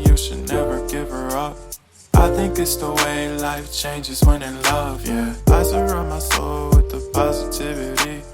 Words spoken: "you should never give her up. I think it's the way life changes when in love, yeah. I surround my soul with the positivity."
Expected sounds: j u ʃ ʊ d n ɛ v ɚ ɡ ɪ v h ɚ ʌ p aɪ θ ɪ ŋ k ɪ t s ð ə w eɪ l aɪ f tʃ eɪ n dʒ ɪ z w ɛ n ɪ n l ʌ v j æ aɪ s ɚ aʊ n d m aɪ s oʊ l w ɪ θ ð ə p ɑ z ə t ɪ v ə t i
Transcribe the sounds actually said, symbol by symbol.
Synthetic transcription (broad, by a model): j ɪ ʃ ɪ d n ɛ v ɚ ɡ ɪ v ɚ ʌ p aɪ θ ɪ ŋ k ɪ t s ð ə w eɪ l aɪ f tʃ eɪ n dʒ ɪ z w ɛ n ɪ l ʌ v j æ aɪ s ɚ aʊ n m aɪ s oʊ l w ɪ ð ə p ɑ z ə t ɪ v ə t i